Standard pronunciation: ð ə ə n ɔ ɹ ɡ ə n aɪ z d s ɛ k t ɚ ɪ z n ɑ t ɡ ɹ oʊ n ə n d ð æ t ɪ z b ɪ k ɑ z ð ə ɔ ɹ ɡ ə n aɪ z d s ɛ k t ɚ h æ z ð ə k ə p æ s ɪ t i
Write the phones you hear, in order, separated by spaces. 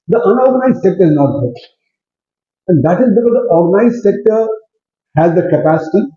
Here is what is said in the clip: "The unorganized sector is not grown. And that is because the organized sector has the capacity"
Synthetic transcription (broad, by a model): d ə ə n ɔ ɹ ɡ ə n aɪ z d s ɛ k t ɚ ɪ z n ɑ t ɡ oʊ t ə n d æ t ɪ z b ɪ k ɑ z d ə ɔ ɹ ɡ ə n aɪ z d s ɛ k t ɚ h æ z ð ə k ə p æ s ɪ t i